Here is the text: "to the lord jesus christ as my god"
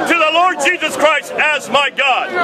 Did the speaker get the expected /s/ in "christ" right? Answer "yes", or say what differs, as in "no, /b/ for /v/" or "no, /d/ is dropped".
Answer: yes